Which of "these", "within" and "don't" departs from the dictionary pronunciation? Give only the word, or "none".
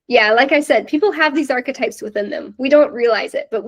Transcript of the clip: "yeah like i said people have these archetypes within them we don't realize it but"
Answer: none